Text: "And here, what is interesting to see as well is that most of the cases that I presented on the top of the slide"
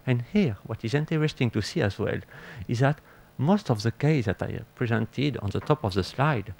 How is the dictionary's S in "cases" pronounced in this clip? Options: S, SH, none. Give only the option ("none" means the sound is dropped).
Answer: none